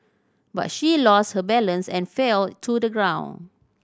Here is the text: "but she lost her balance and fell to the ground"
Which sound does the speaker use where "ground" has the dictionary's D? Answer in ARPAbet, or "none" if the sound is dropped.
none